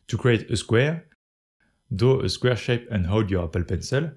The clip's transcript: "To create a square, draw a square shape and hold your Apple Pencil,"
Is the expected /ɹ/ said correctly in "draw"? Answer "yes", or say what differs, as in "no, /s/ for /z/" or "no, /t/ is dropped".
no, /ɹ/ is dropped